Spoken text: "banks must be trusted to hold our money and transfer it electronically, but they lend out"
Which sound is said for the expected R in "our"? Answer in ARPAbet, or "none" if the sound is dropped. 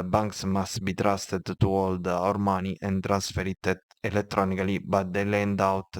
R